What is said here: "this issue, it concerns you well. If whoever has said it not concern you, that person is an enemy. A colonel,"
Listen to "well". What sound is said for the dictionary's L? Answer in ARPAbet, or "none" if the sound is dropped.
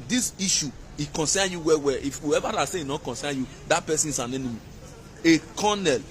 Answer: W